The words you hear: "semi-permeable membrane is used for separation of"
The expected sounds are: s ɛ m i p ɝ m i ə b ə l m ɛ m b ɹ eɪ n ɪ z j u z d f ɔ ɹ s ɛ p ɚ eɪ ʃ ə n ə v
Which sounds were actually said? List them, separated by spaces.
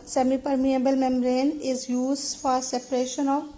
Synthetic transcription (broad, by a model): s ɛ m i p ɝ m i ə b ə l m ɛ m ɹ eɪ n ɪ z j u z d f ɔ ɹ s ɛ p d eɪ ʃ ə n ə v